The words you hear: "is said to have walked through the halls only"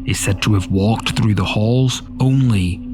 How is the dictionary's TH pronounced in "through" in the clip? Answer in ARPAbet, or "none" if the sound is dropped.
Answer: TH